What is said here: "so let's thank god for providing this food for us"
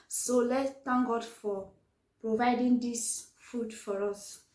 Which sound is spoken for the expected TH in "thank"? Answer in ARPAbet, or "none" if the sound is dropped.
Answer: T